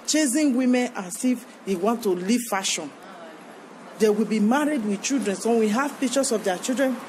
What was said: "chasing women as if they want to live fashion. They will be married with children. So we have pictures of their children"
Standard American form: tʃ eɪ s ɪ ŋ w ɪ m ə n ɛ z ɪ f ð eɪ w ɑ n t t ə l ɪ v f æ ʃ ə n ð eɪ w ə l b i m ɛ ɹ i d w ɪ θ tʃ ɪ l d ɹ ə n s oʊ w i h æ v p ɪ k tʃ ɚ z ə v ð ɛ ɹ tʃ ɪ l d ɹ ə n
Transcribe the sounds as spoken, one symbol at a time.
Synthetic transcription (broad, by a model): tʃ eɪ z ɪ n w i m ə n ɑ s ɪ f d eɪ w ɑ n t t ə l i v f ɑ ʃ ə n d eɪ w ə l b i m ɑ ɹ i d w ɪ tʃ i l d ɹ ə n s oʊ w i h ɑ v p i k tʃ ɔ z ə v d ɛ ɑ tʃ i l d ɹ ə n